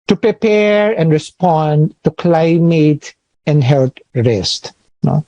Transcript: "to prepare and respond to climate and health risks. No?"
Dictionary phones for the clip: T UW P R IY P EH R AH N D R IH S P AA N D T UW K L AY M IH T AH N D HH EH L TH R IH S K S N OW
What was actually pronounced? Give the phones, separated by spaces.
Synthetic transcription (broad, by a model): T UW P R IY P EH R AH N D R IH S P AA N D T UW K L AY M IH T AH N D HH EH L T R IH S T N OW